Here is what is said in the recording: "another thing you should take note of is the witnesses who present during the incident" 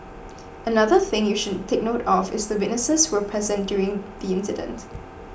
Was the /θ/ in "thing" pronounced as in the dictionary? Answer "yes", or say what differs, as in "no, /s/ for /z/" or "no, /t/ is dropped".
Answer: yes